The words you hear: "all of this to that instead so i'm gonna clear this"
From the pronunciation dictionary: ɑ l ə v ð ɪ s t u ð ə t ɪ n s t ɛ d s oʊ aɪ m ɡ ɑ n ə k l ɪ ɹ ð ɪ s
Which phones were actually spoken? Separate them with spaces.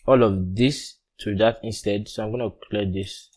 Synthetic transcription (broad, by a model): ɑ l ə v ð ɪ s t u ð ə t ɪ n s t ɛ d s oʊ aɪ m ɡ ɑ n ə k l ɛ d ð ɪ s